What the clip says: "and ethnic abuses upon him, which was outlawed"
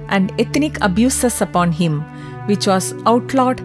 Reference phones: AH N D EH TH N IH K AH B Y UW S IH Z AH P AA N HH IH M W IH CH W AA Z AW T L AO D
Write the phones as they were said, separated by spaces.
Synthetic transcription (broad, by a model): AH N D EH T N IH K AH B Y UW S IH S AH P AA N HH IH M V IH CH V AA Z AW T L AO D